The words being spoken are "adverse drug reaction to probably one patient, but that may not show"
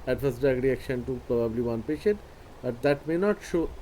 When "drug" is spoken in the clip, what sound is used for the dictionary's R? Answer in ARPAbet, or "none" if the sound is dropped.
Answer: none